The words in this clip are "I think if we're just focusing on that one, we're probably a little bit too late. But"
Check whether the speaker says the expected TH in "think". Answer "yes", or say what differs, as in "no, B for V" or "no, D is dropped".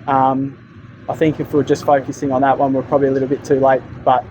yes